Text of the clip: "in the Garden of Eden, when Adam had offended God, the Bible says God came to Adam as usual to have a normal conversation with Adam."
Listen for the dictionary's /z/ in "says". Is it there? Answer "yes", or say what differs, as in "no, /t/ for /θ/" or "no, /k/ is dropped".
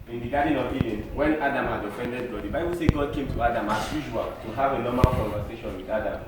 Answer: no, /z/ is dropped